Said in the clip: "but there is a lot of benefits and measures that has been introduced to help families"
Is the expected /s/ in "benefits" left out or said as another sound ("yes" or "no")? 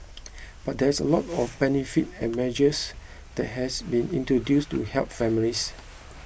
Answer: yes